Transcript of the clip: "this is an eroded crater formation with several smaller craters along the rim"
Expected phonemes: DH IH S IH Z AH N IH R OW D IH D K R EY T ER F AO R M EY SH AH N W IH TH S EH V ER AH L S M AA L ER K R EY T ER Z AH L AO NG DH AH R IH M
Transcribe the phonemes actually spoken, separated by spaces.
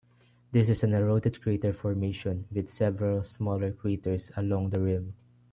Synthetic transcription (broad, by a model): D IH S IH S AH N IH R OW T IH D K R EY T ER F AO R M EY SH AH N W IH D S EH V ER AH L S M AA L ER K R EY T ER S AH L AO NG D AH R IH M